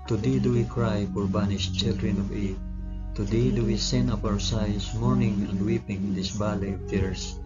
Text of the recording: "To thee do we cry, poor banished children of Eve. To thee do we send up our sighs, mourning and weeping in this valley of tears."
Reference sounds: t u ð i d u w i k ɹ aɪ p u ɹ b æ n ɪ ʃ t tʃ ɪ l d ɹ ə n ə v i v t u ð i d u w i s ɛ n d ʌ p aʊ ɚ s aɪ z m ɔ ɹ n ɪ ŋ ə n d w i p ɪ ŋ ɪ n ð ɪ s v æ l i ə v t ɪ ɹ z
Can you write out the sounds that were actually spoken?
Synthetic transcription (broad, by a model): t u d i d u w i k ɹ aɪ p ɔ ɹ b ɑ n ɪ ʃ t tʃ ɪ l d ɹ ə n ə v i t u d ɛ d u w i s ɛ n ʌ p aʊ ɚ s aɪ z m ɔ ɹ n ɪ ŋ ə n d w i p ɪ ŋ ɪ n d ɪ s b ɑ l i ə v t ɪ ɹ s